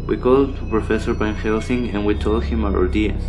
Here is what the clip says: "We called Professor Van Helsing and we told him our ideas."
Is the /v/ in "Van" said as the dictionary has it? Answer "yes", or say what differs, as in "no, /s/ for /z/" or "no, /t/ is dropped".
no, /b/ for /v/